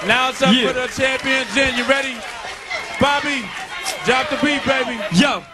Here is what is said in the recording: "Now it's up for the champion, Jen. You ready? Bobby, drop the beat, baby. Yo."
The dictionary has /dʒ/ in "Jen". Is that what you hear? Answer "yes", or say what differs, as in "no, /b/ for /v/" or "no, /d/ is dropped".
no, /z/ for /dʒ/